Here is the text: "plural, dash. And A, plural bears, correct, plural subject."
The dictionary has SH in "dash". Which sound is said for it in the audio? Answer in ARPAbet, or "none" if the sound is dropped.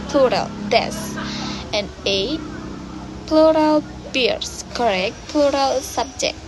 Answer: S